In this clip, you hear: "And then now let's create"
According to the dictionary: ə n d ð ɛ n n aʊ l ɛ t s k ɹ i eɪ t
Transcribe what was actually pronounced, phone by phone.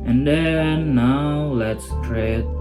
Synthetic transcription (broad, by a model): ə n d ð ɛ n n aʊ l ɛ t s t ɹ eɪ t